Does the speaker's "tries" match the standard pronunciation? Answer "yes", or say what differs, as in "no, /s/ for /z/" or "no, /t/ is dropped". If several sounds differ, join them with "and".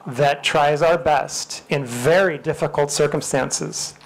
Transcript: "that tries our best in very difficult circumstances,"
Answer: yes